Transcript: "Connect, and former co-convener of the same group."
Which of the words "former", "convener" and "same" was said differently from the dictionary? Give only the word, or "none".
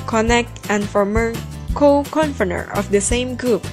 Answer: convener